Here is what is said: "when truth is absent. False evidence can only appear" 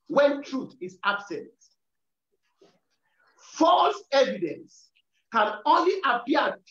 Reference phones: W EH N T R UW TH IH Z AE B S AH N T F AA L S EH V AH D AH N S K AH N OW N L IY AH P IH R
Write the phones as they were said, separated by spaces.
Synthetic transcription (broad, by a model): W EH N T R UW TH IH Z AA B S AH N T F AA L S EH V AH D AH N S K AH N OW N L IY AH P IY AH